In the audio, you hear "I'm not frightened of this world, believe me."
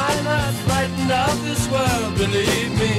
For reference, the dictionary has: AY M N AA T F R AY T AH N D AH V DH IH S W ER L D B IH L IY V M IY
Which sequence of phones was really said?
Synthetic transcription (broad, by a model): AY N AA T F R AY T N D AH P DH IH S W ER L D B IH L IY V M IY